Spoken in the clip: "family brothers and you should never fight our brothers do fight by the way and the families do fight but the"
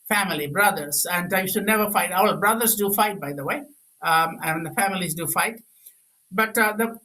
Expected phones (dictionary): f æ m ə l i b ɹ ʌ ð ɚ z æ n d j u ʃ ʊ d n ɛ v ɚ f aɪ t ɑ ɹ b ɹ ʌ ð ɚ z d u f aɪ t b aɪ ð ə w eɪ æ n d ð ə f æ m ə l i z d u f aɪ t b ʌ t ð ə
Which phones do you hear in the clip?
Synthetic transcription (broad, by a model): f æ m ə l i b ɹ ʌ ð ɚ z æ n d j u ʃ ʊ d n ɛ v ɚ f aɪ t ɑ l b ɹ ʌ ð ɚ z d u f aɪ t b aɪ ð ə w eɪ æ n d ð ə f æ m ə l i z d u f aɪ t b ʌ t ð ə